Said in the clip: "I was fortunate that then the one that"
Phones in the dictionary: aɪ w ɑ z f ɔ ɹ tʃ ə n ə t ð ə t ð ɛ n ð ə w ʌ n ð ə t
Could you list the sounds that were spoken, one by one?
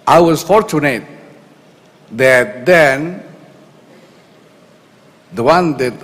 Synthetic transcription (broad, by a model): aɪ w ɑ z f ɔ ɹ tʃ ə n ə t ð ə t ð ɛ n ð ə w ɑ n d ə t